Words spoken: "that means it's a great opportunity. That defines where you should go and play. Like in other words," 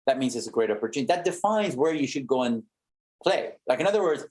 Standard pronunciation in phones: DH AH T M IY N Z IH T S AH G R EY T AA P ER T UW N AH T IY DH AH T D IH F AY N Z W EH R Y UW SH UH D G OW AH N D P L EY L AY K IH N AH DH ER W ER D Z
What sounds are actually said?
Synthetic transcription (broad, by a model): DH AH T M IY N Z IH T S AH G R EY T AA P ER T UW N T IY DH AH T D IH F AY N Z W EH R Y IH SH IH D G OW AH N P L EY L AY K IH N AH DH ER W ER D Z